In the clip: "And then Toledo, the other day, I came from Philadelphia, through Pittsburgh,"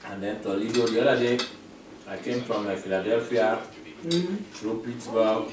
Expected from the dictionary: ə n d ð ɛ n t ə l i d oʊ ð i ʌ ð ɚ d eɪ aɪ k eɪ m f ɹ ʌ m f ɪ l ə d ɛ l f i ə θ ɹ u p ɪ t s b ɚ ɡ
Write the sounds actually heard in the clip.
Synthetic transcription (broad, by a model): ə n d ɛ n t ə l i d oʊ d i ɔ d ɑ d eɪ aɪ k eɪ m f ɹ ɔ m f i l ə d ɛ l f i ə t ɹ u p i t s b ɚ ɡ